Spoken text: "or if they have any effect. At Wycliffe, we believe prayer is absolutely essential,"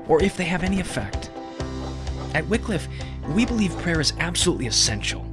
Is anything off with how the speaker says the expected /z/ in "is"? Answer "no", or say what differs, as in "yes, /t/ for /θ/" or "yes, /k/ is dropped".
no